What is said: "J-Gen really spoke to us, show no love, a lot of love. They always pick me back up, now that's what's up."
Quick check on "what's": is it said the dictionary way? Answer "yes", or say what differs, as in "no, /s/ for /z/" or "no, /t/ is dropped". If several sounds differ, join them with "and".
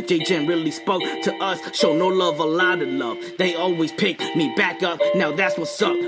yes